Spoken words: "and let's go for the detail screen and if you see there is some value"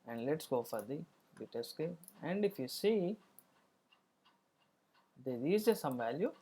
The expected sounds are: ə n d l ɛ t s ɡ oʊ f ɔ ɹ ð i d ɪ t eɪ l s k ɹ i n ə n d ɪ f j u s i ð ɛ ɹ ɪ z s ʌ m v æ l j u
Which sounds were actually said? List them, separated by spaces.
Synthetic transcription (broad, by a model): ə n d l ɛ t s ɡ oʊ f ɔ ɹ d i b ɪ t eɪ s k ɛ ə n d ɪ f j u s i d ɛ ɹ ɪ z s ʌ m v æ l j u